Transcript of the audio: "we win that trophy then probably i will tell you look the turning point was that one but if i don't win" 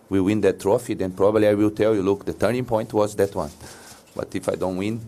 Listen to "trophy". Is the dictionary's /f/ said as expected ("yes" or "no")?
yes